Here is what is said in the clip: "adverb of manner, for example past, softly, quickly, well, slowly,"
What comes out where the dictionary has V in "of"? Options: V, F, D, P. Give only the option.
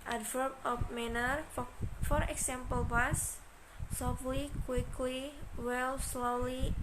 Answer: P